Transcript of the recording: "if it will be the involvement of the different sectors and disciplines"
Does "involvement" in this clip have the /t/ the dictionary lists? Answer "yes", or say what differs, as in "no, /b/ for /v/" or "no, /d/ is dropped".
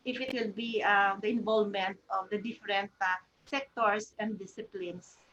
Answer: yes